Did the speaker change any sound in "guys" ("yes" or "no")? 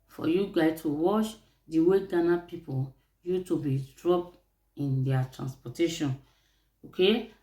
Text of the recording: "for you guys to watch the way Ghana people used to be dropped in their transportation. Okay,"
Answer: yes